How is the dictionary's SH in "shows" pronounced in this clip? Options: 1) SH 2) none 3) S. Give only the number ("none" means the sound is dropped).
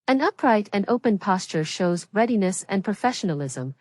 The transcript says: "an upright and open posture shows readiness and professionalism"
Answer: 1